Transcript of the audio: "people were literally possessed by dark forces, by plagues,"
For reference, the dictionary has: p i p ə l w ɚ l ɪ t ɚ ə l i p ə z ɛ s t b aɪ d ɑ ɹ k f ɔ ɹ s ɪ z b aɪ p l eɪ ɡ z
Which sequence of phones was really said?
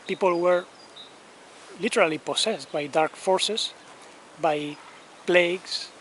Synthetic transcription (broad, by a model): p i p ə l w ɚ l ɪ t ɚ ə l i p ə s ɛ s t b aɪ d ɑ ɹ k f ɔ ɹ s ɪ s b aɪ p l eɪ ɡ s